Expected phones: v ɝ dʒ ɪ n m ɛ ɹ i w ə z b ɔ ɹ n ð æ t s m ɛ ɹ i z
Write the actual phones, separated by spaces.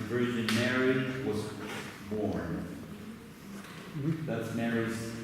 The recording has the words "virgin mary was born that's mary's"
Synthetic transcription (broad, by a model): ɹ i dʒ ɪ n m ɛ ɹ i w ə z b ɔ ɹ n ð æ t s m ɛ ɹ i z